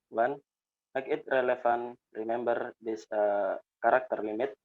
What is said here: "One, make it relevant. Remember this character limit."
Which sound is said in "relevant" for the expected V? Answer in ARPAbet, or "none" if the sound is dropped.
F